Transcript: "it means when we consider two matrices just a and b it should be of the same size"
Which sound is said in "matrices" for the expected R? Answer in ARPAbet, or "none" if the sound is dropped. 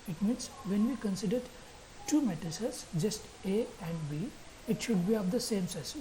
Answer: none